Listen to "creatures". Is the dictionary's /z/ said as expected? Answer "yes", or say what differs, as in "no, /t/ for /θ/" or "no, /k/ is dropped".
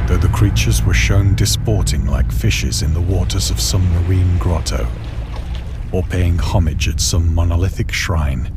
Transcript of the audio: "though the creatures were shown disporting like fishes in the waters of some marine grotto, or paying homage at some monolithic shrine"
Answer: yes